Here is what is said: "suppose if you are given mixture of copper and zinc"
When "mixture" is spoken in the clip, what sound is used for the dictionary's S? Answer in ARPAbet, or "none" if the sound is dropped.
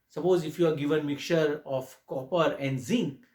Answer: none